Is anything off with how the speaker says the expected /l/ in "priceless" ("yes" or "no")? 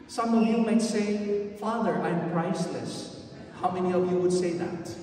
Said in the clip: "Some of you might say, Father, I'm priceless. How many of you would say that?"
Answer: no